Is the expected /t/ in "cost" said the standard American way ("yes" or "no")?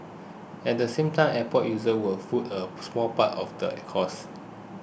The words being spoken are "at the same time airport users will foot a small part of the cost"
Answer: no